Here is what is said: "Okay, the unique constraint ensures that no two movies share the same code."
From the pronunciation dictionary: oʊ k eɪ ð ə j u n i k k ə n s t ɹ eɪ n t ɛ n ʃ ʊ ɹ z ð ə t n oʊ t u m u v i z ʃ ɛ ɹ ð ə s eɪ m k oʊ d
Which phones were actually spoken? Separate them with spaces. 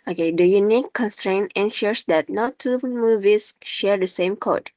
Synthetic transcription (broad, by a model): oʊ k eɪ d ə j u n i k k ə n s t ɹ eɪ n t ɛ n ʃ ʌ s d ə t n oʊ t u m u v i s ʃ ɛ ɹ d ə s eɪ m k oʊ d